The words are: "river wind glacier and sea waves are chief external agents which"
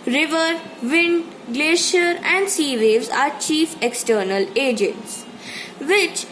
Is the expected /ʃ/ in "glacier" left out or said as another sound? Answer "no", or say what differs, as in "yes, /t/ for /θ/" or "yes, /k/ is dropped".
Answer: no